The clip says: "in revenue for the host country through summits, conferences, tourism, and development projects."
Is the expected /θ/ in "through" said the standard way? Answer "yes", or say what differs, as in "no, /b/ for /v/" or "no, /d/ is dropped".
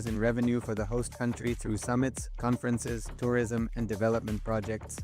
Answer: yes